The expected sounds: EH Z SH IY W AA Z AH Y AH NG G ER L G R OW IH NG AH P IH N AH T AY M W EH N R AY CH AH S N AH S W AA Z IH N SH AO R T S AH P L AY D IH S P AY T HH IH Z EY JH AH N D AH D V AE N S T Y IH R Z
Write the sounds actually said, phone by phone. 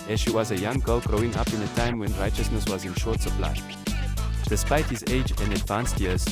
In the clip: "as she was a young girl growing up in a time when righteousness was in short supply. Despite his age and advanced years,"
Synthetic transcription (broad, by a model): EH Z SH IY W AA Z AH Y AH NG G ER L G R OW IH NG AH P IH N AH T AY M W EH N R AY CH AH S N AH S W AA Z IH N SH AO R T S AH P L AY D IH S P AY T HH IH Z EY JH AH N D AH D V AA N S T Y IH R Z